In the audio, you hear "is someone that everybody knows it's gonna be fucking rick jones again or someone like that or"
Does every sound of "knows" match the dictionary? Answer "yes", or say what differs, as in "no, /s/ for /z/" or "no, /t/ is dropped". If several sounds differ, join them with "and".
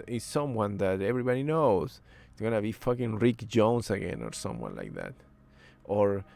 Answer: no, /z/ is dropped